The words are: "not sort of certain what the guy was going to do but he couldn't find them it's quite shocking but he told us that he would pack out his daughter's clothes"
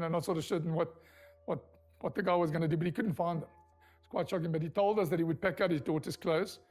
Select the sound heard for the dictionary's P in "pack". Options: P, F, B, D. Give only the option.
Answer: P